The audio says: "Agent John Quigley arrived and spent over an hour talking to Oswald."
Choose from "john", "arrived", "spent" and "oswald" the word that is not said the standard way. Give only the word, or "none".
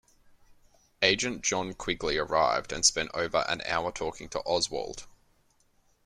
none